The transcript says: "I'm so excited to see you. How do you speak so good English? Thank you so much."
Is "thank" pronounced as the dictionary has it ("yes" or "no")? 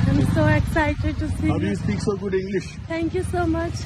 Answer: no